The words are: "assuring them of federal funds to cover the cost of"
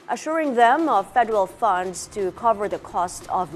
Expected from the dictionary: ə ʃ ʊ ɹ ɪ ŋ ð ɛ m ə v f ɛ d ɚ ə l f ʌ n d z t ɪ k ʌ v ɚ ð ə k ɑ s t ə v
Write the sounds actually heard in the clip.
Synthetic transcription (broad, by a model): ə ʃ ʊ ɹ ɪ ŋ ð ɛ m ə v f ɛ d ɚ ə l f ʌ n d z t ɪ k ʌ v ɚ ð ə k ɑ s t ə v